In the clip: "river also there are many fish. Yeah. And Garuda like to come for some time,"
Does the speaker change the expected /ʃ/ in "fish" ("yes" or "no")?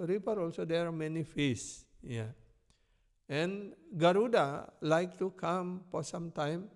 yes